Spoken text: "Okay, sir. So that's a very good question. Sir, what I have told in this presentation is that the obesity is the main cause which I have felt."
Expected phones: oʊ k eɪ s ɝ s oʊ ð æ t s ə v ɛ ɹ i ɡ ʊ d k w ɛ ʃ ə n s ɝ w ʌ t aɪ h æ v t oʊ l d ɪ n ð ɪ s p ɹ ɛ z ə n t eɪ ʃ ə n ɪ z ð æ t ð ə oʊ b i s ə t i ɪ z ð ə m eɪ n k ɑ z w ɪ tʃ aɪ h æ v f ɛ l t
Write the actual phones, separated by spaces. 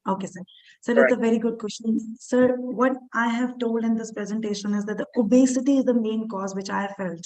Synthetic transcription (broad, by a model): oʊ k eɪ s ɝ s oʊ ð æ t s ə v ɛ ɹ i ɡ ʊ d k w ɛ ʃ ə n s ɝ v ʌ t aɪ h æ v t oʊ l d ɪ n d ɪ s p ɹ ɛ z ə n t eɪ ʃ ə n ɪ z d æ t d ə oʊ b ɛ s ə t i ɪ z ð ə m eɪ n k ɑ z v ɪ tʃ aɪ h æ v f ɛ l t